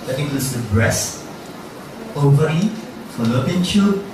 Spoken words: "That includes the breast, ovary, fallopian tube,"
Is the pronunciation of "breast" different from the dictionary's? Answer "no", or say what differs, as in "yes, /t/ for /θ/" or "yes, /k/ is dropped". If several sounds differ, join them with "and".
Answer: yes, /t/ is dropped